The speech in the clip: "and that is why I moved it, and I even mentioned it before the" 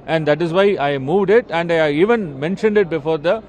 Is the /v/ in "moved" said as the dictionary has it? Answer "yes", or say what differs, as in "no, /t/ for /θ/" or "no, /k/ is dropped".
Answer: yes